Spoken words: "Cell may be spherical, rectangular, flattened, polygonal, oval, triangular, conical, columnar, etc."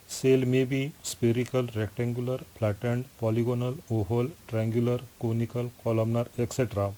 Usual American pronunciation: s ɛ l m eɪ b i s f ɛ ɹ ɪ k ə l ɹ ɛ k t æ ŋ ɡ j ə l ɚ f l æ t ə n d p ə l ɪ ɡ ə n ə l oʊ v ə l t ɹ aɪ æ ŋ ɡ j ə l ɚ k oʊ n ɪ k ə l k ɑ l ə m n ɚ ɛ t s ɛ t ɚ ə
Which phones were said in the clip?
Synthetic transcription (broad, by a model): s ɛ l m eɪ b i s p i ɹ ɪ k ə l ɹ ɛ k t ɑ ŋ ɡ j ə l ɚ p l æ t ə n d p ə l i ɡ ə n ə l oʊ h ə l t ɹ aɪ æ ŋ ɡ j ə l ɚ k oʊ n ɪ k ə l k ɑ l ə m n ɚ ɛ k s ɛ t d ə